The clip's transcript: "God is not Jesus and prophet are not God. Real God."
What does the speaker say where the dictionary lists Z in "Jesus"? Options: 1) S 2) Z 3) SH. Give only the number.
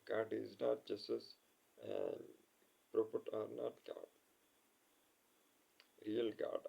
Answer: 1